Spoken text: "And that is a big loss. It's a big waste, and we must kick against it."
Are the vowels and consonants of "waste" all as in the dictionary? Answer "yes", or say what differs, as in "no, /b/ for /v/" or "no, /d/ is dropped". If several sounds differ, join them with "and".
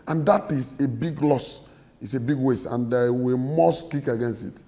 no, /t/ is dropped